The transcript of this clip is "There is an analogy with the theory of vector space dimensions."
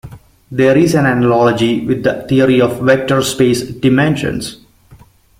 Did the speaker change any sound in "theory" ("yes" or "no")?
yes